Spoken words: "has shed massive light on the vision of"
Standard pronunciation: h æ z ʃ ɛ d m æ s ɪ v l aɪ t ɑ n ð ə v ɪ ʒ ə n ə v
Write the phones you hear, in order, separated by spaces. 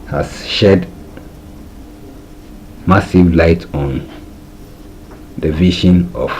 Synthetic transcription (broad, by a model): h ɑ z ʃ ɛ d m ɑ s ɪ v l aɪ t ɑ n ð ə v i ʃ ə n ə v